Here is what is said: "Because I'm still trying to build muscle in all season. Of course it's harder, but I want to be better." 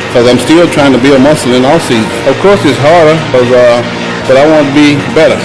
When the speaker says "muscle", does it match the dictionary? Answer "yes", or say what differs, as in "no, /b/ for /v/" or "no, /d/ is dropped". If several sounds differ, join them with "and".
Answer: no, /n/ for /l/